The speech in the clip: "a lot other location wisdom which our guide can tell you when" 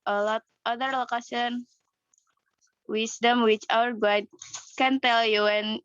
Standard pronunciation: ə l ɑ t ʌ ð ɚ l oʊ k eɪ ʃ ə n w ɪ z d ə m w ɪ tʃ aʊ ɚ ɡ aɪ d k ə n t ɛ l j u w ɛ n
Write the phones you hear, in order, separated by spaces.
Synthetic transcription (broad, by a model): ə l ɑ t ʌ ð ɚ l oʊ k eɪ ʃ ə n w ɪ s d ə m w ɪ tʃ aʊ ɚ ɡ aɪ d k ə n t ɛ l j u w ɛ n